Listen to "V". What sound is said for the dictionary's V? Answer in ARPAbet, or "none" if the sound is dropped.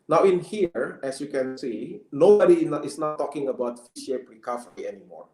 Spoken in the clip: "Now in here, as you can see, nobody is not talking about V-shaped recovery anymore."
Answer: F